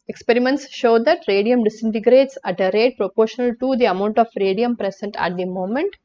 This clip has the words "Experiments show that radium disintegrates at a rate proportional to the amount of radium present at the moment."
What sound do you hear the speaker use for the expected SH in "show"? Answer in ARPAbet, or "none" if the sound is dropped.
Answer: SH